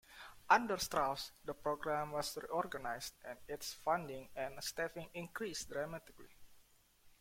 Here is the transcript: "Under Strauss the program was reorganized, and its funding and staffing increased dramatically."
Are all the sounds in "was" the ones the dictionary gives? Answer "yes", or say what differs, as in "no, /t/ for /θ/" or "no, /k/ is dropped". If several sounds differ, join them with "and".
no, /s/ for /z/